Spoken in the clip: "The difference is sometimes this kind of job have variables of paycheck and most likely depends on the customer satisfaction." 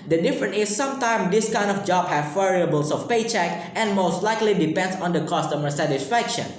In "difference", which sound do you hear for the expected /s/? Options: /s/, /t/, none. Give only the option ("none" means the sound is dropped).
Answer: none